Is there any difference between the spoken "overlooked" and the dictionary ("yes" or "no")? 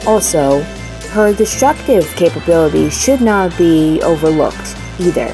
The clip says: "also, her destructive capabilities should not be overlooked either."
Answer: no